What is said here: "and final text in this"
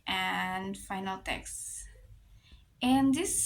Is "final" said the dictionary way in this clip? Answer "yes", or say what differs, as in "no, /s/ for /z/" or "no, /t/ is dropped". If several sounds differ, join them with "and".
yes